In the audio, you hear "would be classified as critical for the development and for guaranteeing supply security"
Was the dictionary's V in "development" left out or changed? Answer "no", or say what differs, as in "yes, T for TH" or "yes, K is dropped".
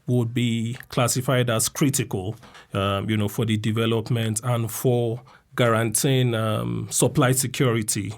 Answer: no